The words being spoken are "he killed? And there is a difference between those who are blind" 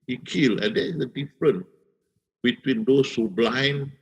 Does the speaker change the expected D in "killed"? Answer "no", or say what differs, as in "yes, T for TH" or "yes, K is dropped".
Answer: yes, D is dropped